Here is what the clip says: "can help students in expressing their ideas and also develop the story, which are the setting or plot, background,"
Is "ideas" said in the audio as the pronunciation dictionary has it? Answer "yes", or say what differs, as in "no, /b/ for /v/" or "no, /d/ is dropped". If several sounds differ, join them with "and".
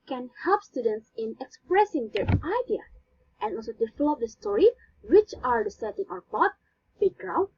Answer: no, /z/ is dropped